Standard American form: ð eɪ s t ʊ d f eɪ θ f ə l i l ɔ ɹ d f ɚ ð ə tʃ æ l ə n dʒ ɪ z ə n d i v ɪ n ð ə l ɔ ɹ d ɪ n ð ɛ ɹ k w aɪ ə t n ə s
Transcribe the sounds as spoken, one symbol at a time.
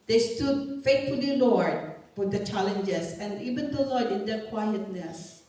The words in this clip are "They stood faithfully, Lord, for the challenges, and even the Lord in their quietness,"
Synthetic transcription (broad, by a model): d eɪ s t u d f eɪ t f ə l i l ɔ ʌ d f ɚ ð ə tʃ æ l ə n dʒ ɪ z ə n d i v ɪ n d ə l ɔ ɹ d ɪ n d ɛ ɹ k w aɪ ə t n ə s